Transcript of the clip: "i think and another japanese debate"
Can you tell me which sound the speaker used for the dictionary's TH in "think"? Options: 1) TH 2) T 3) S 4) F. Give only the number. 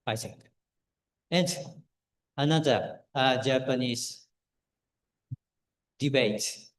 3